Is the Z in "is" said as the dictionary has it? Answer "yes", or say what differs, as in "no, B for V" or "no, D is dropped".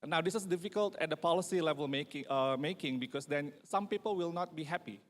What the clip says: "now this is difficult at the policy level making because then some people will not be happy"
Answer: no, S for Z